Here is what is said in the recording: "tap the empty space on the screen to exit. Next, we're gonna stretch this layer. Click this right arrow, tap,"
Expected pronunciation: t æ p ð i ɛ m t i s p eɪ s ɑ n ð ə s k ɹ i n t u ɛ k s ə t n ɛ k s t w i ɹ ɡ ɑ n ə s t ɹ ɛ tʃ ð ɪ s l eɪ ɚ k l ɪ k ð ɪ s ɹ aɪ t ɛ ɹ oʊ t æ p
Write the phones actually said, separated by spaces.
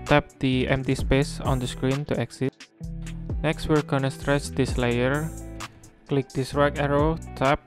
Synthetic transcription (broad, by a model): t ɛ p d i ɛ m t i s p eɪ s ɑ n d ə s k ɹ i n t u ɛ k s ə t n ɛ k s t w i l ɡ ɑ n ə s t ɹ ɛ tʃ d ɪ s l eɪ ɚ k l ɪ k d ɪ s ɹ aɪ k ɛ ɹ oʊ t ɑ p